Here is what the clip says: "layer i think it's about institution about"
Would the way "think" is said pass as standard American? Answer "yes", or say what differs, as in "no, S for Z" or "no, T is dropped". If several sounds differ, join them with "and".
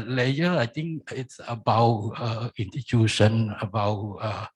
no, T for TH